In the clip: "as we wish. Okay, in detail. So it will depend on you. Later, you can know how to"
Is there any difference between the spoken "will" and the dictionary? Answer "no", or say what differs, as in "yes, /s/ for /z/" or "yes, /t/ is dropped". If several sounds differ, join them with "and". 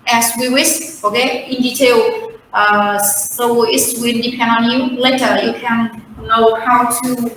yes, /n/ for /l/